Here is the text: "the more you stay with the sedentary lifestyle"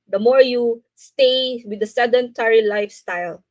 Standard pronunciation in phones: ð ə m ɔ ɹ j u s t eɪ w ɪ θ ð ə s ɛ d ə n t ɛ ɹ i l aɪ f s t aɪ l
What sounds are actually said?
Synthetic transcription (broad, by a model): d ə m ɔ ɹ j u s t eɪ w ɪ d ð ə s ɛ d ə n t ɛ ɹ i l aɪ f s t aɪ l